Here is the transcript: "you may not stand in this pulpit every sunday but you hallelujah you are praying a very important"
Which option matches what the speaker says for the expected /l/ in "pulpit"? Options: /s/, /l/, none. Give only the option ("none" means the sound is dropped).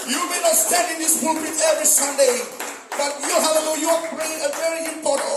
none